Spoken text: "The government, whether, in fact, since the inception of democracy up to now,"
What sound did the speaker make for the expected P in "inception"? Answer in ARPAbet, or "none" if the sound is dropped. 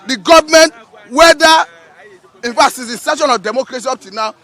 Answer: none